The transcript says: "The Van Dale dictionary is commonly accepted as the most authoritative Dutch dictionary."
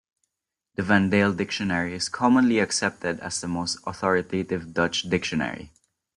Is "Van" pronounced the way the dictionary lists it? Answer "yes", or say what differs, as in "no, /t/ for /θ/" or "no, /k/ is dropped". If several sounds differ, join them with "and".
yes